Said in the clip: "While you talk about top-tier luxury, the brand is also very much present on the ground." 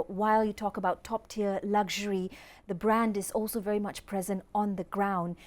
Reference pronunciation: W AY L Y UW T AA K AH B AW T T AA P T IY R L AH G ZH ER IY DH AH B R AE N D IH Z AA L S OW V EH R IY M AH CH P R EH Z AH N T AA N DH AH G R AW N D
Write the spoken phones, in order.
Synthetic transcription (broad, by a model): W AY L Y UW T AA K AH B AW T T AA P T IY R L AH G ZH ER IY DH AH B R AE N D IH Z AA L S OW V EH R IY M AH CH P R EH Z AH N T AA N DH AH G R AW N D